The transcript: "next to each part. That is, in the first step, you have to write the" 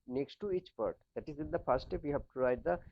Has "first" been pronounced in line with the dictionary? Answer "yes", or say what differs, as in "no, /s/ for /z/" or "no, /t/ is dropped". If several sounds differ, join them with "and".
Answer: no, /s/ is dropped